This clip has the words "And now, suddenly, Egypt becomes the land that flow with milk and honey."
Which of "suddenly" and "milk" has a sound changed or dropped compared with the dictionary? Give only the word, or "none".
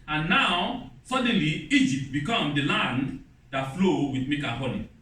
milk